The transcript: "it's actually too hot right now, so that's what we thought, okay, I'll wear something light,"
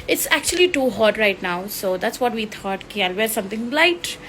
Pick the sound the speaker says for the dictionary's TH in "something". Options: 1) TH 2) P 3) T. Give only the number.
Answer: 3